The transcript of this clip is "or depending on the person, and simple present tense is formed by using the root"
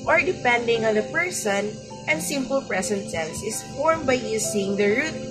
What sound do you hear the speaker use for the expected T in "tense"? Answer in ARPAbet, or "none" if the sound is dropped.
S